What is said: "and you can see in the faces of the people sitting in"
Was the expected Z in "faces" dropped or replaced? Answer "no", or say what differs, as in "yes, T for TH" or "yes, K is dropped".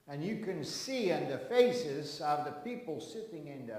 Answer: no